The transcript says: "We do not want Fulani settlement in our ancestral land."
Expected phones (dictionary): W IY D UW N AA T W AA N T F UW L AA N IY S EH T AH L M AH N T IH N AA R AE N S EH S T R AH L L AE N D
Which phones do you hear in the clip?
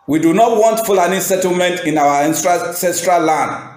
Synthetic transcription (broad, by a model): W IY D UW N AA T W AA N T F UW L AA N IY S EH T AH L M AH N T IH N AA W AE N S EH S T R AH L L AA N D